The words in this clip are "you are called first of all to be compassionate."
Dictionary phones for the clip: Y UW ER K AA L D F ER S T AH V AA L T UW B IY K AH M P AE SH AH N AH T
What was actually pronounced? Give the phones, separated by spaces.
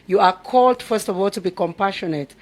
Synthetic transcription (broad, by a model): Y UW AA K AA L D F ER S T AH V AA L T UW B IY K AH M P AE SH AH N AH T